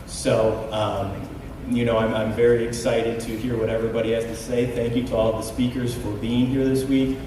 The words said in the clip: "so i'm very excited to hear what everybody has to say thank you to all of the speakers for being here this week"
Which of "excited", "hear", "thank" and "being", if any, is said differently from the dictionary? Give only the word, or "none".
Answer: none